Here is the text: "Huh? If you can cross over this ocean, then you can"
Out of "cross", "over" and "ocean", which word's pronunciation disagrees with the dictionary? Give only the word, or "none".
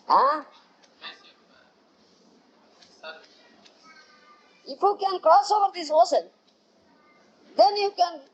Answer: ocean